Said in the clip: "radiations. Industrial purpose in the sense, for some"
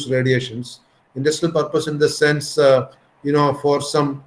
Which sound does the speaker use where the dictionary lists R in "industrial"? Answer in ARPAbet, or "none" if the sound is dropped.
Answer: none